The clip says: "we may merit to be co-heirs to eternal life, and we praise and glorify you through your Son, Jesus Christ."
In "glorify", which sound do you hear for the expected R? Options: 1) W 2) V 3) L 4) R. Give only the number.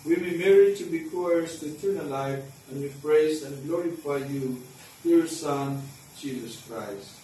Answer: 4